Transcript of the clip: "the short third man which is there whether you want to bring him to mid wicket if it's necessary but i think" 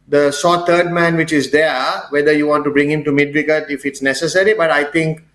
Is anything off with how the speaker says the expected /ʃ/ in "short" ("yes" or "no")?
yes